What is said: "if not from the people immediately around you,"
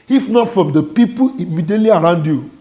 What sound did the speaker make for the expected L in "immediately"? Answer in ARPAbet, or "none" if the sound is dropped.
L